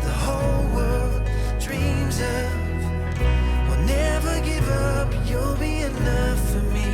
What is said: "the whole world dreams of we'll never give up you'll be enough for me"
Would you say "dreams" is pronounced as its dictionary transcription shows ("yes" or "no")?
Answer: yes